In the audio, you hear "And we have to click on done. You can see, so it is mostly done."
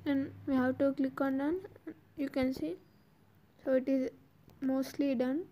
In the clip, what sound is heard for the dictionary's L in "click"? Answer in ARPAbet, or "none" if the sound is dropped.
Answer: L